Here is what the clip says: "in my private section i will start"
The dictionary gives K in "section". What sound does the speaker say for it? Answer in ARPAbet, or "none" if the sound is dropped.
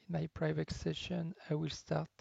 none